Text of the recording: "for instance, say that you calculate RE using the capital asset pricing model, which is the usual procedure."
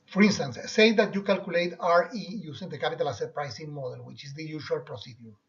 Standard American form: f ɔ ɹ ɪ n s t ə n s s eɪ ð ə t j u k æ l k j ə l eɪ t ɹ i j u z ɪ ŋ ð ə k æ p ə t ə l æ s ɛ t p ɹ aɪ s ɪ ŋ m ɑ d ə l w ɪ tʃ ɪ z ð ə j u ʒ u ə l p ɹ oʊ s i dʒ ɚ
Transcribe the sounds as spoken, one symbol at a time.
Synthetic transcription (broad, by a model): f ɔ ɹ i n s t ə n s s eɪ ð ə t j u k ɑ l k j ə l eɪ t ɹ i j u s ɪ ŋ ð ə k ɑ p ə t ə l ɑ s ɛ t p ɹ aɪ s ɪ ŋ m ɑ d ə l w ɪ tʃ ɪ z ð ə j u ʃ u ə l p ɹ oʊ s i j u